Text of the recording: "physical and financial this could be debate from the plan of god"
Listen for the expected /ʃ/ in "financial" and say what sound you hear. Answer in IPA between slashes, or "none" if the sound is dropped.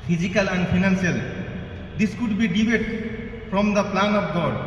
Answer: /s/